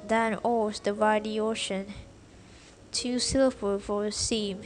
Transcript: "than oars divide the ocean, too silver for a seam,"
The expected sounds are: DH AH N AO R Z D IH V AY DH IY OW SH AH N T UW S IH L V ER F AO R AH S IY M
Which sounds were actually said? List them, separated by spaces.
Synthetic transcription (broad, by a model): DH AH N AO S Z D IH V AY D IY OW SH AH N T UW S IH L ER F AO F AH S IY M